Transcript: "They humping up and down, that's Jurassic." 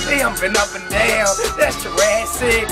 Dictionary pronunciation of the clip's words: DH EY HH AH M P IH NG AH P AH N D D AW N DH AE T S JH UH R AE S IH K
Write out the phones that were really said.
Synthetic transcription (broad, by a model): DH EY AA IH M B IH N AH P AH N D D AW N DH AE T S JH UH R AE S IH